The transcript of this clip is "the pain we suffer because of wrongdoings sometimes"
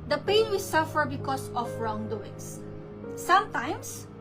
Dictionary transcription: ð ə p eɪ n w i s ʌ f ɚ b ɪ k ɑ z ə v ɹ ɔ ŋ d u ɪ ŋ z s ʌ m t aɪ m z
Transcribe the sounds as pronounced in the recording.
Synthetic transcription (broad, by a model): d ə p eɪ n w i s ʌ f ɚ b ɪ k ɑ s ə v ɹ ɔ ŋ d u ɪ ŋ s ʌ m t aɪ m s